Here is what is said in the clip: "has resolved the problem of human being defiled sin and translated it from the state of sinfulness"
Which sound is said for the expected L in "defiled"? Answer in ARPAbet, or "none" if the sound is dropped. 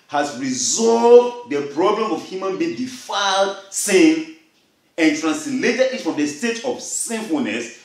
L